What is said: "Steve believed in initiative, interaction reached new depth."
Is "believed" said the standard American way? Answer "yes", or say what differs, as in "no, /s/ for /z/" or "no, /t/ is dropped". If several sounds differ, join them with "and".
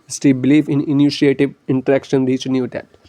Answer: no, /d/ is dropped